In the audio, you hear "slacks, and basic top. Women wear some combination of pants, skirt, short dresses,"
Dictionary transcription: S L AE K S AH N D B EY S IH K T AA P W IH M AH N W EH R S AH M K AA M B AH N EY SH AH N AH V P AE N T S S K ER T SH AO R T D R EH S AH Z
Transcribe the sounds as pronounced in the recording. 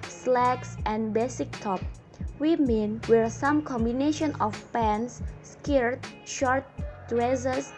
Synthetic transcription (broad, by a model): S L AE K S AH N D B EY S IH K T AA P W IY M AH N W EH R S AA M K AA M B AH N EY SH AH N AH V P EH N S S K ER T SH AO R T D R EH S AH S